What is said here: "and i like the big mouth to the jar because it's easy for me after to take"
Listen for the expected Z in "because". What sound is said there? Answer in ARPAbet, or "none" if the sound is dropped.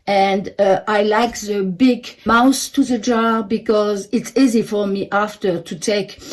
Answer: Z